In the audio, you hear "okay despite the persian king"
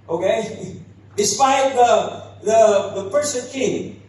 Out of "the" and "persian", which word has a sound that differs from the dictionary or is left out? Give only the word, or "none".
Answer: persian